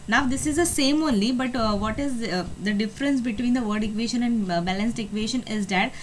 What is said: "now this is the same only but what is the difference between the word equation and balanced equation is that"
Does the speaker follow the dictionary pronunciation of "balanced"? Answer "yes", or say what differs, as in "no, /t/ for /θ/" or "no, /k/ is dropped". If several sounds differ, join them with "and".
yes